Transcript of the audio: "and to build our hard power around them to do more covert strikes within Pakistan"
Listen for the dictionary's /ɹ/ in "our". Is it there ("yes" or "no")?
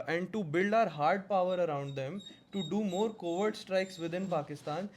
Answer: yes